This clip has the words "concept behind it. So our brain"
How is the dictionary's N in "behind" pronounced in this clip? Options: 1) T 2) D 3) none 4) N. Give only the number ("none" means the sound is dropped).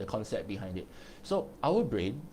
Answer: 4